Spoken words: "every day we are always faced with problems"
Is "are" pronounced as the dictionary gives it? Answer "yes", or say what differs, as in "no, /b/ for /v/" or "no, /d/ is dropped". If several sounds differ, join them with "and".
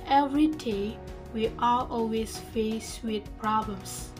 no, /l/ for /ɹ/